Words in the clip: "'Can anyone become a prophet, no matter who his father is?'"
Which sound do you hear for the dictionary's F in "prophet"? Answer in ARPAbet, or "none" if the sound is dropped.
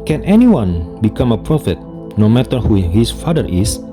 F